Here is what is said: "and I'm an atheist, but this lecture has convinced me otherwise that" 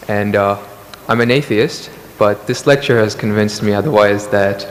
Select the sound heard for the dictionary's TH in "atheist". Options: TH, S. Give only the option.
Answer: TH